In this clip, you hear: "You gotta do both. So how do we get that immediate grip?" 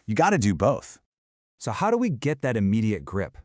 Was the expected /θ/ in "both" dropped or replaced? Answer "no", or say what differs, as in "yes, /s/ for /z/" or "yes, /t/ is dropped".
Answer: no